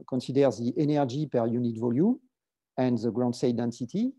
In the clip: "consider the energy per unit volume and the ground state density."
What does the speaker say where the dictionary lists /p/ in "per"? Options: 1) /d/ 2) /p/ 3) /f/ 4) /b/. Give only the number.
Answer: 2